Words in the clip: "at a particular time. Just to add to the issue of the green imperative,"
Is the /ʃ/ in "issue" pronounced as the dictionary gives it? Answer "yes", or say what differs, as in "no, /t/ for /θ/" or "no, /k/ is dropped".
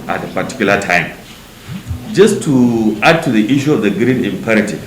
yes